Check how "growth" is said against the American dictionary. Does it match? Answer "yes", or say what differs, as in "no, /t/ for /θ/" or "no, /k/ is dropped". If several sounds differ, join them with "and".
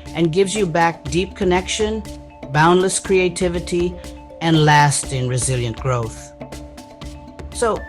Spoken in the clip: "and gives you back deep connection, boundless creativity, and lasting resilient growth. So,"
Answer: yes